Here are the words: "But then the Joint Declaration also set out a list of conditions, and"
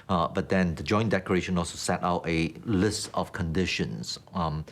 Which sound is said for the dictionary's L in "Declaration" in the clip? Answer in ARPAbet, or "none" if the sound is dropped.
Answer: none